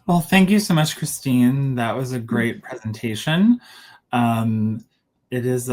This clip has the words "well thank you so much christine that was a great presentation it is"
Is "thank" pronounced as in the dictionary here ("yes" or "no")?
yes